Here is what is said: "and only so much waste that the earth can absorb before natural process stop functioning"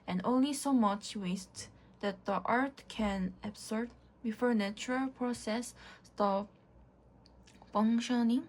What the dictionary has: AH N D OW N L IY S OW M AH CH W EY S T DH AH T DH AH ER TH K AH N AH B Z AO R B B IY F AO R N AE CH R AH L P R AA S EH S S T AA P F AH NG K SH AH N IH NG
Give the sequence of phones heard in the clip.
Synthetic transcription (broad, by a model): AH N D OW N L IY S OW M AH CH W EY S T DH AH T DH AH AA T K AH N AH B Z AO R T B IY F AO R N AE CH R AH L P R AA S EH S S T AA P F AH NG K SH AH N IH NG